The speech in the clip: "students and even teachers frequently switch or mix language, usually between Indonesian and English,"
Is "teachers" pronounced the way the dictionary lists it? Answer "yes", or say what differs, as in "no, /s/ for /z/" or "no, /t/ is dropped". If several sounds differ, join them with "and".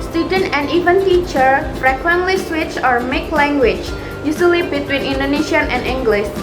no, /z/ is dropped